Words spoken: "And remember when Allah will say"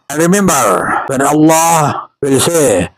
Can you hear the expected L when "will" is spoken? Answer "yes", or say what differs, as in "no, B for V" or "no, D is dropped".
yes